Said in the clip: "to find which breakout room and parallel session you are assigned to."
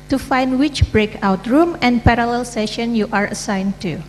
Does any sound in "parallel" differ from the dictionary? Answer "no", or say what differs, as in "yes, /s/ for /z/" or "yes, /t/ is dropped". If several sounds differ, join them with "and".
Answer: no